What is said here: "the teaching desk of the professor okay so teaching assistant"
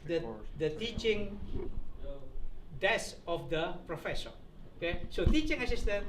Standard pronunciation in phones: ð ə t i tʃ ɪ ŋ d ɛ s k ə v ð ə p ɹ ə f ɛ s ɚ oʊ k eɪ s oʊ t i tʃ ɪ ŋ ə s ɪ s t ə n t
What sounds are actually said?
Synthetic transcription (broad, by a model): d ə t i tʃ ɪ ŋ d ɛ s ə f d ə p ɹ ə f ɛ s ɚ oʊ k eɪ s oʊ t i tʃ ɪ ŋ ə s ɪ s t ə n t